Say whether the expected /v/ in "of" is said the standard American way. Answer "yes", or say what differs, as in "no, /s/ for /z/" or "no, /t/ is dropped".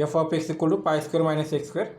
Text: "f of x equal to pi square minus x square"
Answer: no, /p/ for /v/